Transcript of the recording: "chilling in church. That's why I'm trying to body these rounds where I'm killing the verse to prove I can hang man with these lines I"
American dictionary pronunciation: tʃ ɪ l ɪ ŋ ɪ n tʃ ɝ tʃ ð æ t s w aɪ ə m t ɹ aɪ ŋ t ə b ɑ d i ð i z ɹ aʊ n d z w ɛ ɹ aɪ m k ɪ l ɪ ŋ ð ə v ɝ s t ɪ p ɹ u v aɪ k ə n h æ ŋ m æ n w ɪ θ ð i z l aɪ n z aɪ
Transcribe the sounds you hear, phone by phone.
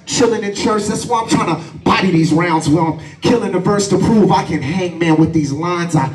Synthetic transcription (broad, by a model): tʃ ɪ l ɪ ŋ ɪ n tʃ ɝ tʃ ð æ t s w aɪ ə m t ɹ aɪ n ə b ɑ d i ð i z ɹ aʊ n d z w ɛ l aɪ m k ɪ l ɪ ŋ ð ə v ɝ s t ɪ p ɹ u v aɪ k ə n h æ ŋ m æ n w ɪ ð i z l aɪ n z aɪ